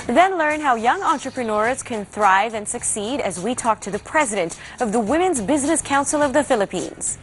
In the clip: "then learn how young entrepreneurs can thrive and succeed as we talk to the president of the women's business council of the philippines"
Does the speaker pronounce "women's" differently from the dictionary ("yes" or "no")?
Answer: no